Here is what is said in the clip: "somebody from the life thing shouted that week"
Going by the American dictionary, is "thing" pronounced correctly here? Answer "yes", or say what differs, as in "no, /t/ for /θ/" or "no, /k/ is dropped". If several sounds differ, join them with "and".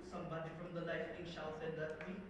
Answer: no, /t/ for /θ/